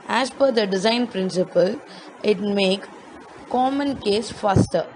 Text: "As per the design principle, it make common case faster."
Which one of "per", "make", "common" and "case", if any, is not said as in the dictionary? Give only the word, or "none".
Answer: per